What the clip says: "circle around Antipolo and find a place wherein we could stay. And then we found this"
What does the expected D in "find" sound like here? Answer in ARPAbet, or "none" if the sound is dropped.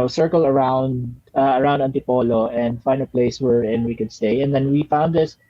none